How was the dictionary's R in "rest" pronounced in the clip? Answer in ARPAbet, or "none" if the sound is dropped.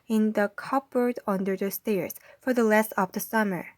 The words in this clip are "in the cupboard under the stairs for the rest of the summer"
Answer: L